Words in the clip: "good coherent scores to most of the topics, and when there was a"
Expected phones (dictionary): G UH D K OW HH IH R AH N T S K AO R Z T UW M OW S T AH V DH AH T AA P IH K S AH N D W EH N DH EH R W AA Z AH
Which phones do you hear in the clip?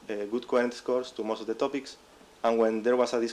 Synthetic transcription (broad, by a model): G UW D K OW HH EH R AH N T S K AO R S T UW M OW S T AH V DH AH T AA P IH K S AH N W EH N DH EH R W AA S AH